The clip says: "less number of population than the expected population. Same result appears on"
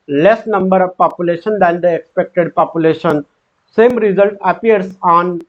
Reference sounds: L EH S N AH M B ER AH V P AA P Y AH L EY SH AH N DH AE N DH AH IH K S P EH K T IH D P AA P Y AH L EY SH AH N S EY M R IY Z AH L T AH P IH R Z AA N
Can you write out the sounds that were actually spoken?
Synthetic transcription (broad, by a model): L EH S N AH M B ER AH V P AA P Y AH L EY SH AH N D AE N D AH IH K S P EH K T IH D P AA P Y AH L EY SH AH N S EY M R IY Z AH L T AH P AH R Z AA N